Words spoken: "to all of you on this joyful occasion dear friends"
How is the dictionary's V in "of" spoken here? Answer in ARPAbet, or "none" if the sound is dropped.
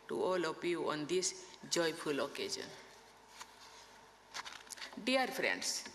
P